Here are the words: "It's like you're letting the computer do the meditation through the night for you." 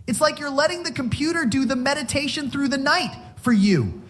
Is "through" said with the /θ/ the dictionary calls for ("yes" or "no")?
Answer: yes